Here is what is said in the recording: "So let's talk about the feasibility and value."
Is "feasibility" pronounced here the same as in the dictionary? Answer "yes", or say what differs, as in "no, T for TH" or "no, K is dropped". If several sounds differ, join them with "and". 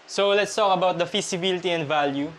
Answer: no, S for Z